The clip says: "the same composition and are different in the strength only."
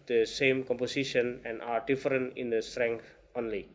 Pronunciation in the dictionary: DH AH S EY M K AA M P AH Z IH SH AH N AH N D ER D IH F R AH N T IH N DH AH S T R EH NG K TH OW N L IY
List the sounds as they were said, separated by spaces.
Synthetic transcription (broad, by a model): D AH S EY M K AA M P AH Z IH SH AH N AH N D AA D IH F R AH N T IH N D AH S T R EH NG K T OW N L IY